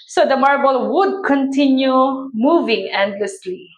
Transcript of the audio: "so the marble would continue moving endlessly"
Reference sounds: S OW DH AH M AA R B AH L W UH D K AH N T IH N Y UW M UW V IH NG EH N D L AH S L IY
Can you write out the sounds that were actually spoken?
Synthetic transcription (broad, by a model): S OW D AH M AA R B AH L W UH D K AH N T IH N Y UW M UW V IH NG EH N D L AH S L IY